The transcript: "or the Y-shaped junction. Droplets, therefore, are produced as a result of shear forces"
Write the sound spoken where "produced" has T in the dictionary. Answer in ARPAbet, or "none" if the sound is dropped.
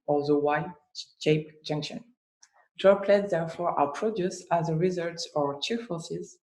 none